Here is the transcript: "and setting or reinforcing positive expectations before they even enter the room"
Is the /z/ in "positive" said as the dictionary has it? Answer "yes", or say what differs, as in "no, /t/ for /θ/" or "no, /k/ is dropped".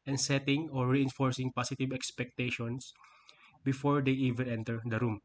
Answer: no, /s/ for /z/